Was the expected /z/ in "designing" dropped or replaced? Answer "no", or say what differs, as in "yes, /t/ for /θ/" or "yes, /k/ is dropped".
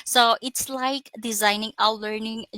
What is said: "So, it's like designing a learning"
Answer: no